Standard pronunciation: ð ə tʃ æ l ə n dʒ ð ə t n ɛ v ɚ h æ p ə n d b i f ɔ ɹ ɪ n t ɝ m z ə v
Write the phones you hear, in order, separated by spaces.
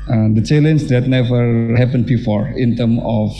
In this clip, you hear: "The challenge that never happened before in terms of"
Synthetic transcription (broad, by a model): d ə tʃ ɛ l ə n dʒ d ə t n ɛ v ɚ h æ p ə n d b i f ɔ ɹ ɪ n t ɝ m ə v